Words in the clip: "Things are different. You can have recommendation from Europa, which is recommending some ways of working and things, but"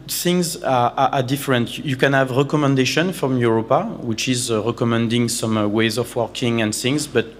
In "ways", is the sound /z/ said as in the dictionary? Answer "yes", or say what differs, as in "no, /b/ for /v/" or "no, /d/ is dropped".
yes